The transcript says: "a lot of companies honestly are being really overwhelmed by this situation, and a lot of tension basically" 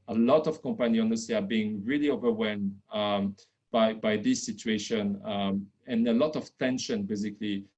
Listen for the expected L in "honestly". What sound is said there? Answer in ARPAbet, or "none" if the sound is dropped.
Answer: none